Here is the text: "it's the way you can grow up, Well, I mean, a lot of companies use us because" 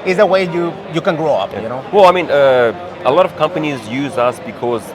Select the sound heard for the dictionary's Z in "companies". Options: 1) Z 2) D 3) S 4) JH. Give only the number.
1